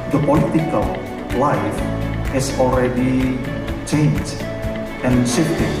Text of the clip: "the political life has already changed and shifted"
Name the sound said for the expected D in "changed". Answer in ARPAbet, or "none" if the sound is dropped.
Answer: none